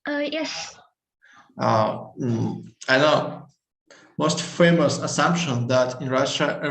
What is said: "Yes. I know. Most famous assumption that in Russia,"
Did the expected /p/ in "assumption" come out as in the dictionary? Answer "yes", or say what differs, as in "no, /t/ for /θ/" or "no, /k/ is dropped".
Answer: yes